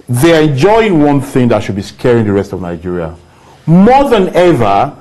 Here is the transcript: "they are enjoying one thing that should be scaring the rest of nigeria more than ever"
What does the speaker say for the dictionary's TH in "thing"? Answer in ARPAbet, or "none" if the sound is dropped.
TH